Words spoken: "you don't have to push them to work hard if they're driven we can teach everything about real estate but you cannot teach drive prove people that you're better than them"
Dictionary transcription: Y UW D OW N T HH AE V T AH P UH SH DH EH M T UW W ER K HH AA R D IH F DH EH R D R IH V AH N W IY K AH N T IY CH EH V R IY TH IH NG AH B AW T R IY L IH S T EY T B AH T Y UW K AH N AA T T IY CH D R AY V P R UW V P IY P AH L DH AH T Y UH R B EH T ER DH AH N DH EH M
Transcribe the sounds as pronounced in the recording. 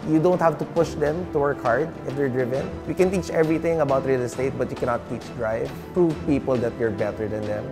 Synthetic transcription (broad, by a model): Y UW D OW N T HH AE V T AH P UH SH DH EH M T UW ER K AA R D IH F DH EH R D R IH V AH N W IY K AH N T IY CH EH V R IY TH IH NG AH B AW T R IY L S T EY T B AH T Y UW K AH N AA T T IY CH D R AY V P R UW V P IY P AH L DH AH T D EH R B EH T ER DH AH N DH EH M